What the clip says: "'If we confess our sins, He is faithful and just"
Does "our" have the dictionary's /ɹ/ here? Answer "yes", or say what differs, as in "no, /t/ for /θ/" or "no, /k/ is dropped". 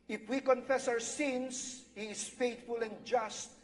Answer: no, /w/ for /ɹ/